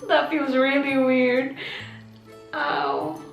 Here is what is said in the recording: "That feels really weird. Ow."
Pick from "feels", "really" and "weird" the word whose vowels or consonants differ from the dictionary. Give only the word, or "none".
none